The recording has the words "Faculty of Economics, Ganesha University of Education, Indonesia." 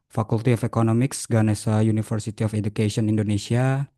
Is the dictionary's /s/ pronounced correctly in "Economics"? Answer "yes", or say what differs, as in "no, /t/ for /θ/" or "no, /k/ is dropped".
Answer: yes